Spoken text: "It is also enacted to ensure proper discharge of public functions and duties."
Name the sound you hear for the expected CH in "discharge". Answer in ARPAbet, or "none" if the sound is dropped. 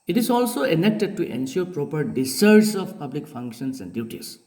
none